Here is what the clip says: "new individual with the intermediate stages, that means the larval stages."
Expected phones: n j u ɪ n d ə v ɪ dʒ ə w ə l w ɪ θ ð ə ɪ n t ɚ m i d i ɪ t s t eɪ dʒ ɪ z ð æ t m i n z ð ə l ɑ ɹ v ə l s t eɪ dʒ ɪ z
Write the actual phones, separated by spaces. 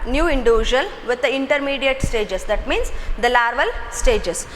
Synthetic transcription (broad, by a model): n j u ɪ n d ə v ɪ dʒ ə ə l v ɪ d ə ɪ n t ɚ m i d i ɪ t s t eɪ dʒ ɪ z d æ t m i n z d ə l ɑ ɹ v ə l s t eɪ dʒ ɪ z